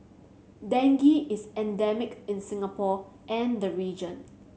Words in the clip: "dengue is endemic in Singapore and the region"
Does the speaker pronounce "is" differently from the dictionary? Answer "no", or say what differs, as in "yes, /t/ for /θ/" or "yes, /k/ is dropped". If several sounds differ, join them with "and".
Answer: yes, /s/ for /z/